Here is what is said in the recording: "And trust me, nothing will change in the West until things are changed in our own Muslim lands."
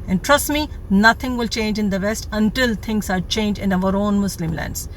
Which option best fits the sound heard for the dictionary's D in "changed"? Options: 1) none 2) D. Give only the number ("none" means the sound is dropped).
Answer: 1